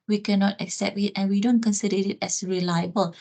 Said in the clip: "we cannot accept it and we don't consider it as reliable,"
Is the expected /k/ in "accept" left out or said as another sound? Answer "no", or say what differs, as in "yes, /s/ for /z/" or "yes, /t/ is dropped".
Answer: no